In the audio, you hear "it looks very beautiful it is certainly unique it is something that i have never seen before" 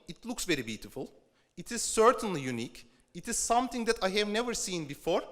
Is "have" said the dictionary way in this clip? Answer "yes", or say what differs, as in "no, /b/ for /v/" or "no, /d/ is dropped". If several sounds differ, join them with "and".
yes